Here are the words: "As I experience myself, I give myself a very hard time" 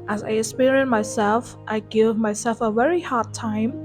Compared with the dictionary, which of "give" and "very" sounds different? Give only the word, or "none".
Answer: none